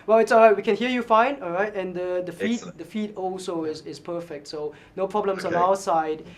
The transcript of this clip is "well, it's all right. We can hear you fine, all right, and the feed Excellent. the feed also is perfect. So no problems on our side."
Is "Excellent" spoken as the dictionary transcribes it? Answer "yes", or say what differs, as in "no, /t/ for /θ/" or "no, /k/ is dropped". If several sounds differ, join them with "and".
no, /n/ is dropped